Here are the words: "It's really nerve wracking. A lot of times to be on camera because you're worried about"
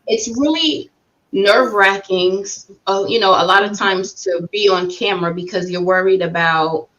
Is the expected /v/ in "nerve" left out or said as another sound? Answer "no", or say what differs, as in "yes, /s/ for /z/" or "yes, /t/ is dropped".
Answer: no